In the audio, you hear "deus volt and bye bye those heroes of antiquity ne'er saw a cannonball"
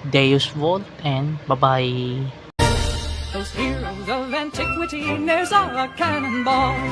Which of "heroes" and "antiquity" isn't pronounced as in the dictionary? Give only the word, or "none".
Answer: heroes